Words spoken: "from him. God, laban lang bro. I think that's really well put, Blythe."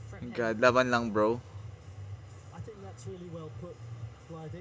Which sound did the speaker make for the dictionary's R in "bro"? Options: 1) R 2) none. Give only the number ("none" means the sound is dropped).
1